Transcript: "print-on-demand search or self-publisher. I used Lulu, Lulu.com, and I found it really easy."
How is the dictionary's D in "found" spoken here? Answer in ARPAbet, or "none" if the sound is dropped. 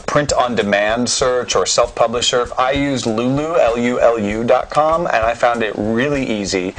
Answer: D